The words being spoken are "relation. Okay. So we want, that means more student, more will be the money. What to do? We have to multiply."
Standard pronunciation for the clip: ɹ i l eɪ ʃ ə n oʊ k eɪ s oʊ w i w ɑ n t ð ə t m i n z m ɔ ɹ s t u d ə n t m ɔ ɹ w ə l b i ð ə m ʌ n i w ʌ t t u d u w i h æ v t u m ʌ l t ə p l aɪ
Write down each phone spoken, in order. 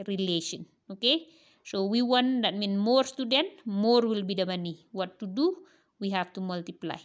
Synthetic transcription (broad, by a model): ɹ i l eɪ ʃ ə n oʊ k eɪ s oʊ w i w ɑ n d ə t m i n m ɔ ɹ s t u d ə n t m ɔ ɹ w ə l b i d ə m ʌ n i w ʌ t t u d u w i h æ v t u m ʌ l t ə p l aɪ